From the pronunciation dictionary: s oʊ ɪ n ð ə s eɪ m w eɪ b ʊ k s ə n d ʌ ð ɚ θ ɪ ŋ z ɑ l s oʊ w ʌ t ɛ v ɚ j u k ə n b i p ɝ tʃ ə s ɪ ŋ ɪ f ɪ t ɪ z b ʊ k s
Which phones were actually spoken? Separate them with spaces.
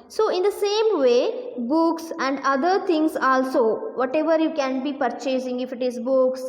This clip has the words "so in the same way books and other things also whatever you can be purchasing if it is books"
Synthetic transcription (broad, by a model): s oʊ ɪ n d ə s eɪ m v eɪ b ʊ k s ə n d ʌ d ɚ t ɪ ŋ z ɑ l s oʊ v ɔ t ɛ v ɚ j u k ə n b i p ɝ tʃ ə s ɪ ŋ ɪ f ɪ t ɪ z b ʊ k s